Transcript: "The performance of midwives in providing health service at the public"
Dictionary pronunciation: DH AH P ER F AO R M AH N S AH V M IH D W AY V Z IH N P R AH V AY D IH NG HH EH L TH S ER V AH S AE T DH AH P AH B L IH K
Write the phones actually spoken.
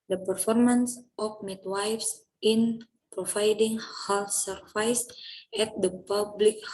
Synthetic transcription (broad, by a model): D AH P ER F AO R M AH N S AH F M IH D W AY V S IH N P R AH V AY D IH NG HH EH L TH S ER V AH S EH T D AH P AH B L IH K